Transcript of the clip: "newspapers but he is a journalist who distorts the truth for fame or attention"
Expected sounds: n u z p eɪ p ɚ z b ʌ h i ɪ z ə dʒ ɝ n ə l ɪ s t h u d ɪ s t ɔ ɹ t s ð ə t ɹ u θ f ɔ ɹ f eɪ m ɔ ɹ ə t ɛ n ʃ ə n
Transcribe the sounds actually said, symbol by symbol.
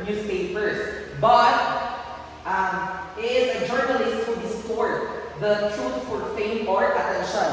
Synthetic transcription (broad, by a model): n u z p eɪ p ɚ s b ʌ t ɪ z ə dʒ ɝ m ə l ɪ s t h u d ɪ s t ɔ ɹ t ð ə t ɹ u s f ɔ ɹ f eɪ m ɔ ɹ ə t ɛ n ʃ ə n